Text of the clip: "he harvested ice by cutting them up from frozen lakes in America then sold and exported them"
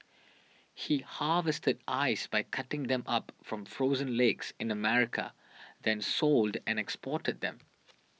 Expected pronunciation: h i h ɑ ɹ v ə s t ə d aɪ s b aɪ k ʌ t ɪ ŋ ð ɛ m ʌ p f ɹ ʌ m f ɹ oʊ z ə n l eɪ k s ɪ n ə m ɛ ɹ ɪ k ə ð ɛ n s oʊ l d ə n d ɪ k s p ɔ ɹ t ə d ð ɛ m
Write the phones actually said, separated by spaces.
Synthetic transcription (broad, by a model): h i h ɑ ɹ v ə s t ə d aɪ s b aɪ k ʌ t ɪ ŋ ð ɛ m ʌ p f ɹ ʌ m f ɹ oʊ z ə n l eɪ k s ɪ n ə m ɛ ɹ ɪ k ə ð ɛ n s oʊ l d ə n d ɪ k s p ɔ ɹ t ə d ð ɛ m